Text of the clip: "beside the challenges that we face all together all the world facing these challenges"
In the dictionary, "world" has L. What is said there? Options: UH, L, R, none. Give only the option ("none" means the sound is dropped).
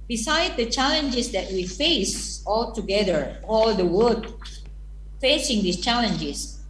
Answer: none